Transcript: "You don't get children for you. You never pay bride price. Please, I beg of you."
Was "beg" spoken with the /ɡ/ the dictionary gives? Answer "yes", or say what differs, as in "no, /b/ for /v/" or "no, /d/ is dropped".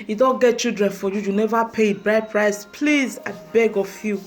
yes